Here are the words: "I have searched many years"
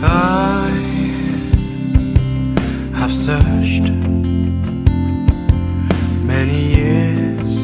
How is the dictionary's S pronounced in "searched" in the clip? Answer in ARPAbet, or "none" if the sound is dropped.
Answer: S